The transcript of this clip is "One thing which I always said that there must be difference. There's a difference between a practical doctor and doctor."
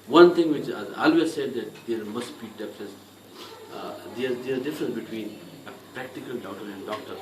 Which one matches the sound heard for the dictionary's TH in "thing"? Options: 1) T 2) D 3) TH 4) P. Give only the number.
1